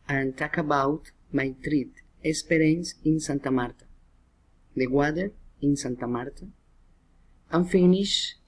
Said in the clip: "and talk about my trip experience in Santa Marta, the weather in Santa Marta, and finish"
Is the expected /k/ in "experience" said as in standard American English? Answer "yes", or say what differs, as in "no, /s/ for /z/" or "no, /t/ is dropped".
no, /k/ is dropped